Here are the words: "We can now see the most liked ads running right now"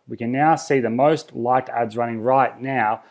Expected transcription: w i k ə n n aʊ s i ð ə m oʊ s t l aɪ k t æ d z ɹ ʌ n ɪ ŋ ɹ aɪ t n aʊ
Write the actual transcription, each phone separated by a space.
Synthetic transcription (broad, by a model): w i k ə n n aʊ s i ð ə m oʊ s t l aɪ k t æ d z ɹ ʌ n ɪ ŋ ɹ aɪ t n aʊ